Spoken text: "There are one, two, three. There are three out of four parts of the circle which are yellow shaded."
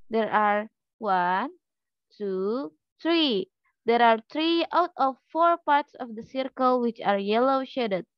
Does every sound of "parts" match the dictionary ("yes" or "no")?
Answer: yes